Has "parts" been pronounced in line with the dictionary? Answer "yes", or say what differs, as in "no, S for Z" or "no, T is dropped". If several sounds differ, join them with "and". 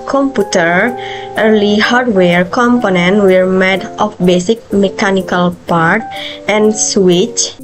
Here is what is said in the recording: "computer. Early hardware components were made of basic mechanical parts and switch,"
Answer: no, S is dropped